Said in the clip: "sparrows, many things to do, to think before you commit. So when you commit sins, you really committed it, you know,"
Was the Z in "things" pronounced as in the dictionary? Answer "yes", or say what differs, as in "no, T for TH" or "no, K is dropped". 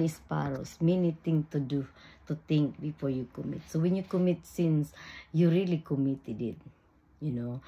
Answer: no, Z is dropped